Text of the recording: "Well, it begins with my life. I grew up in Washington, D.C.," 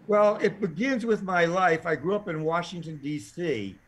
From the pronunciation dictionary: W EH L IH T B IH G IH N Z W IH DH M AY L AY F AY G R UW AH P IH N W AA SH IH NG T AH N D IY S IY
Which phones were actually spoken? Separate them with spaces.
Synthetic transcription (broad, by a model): W EH L IH T B IH G IH N Z W IH DH M AY L AY F AY G R UW AH P IH N W AA SH IH NG T AH N D IY S IY